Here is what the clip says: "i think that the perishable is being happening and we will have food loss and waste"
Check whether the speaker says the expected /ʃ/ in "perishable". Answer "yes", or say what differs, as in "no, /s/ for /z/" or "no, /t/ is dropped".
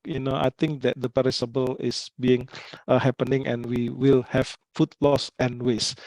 no, /s/ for /ʃ/